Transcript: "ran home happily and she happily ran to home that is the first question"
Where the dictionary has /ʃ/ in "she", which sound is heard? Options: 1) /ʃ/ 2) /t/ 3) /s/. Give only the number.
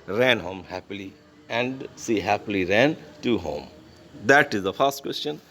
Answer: 3